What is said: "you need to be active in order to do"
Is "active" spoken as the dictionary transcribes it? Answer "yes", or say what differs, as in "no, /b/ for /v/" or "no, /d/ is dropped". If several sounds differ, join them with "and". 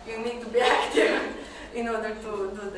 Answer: no, /v/ is dropped